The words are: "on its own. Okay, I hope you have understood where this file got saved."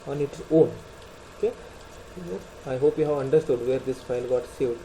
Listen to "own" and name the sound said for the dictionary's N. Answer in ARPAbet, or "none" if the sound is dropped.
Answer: L